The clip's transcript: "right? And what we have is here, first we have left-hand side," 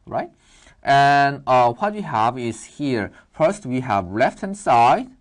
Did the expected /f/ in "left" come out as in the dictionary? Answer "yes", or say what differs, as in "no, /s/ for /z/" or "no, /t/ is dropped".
yes